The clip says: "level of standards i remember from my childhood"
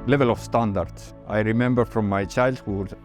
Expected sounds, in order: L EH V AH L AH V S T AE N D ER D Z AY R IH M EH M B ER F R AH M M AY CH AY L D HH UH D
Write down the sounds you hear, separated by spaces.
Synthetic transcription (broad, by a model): L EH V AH L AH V S T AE N D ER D S AY R IH M EH M B ER F R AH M M AY CH AY L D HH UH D